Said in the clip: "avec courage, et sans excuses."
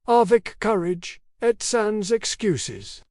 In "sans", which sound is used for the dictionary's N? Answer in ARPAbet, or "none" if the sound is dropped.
N